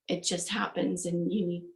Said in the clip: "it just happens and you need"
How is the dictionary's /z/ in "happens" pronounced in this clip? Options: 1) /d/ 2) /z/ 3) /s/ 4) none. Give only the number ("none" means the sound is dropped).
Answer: 2